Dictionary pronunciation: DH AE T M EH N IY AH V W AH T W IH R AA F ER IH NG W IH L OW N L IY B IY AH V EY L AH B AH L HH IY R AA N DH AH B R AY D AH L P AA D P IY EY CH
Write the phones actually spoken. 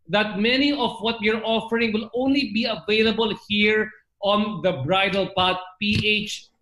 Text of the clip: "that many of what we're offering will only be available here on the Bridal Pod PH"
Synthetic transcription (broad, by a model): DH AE T M EH N IY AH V W AH T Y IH R AA F ER IH NG W IH L OW N L IY B IY AH V EY L AH B AH L HH IY R AA N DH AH B R AY D AH L P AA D P IY EY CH